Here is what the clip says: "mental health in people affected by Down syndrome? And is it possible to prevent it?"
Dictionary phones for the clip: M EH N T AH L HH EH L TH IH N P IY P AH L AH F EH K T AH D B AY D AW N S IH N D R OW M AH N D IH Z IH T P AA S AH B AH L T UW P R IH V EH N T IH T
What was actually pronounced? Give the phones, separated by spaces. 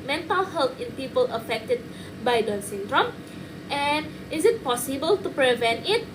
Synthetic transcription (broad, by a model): M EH N T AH L HH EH L T IH N P IY P AH L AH F EH K T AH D B AY D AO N S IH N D R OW M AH N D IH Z IH T P AA S AH B AH L T UW P R IH V EH N T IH T